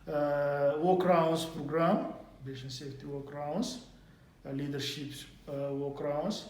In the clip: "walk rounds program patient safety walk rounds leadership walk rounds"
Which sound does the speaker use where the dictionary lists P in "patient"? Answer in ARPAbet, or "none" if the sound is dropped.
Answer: B